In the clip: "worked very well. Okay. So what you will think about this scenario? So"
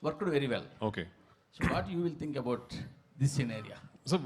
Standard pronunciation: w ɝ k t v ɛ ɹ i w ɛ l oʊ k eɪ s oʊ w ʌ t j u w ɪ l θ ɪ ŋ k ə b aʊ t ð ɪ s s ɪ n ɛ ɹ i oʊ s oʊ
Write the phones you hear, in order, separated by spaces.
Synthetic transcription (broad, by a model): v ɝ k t v ɛ ɹ i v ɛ l oʊ k eɪ s oʊ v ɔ t j u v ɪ l t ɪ ŋ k ə b aʊ t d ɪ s s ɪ n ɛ ɹ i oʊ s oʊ